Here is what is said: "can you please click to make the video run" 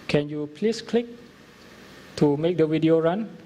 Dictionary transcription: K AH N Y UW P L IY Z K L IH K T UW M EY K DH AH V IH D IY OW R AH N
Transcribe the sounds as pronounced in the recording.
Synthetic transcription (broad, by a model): K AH N Y UW P L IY S K L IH K T UW M EY K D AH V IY D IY OW R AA N